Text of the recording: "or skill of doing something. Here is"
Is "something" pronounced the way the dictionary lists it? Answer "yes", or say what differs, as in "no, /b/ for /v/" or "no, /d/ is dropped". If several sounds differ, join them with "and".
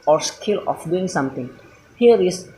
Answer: no, /t/ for /θ/